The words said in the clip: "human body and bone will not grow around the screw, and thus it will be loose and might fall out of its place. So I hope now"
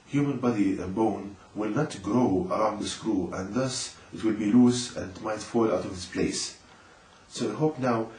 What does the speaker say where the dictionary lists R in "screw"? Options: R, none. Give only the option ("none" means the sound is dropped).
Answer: R